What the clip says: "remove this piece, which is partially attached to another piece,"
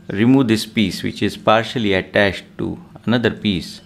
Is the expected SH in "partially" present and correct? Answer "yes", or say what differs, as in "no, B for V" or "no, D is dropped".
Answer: yes